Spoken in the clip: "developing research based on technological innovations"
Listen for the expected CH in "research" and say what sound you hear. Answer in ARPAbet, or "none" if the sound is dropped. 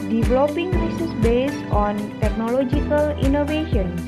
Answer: S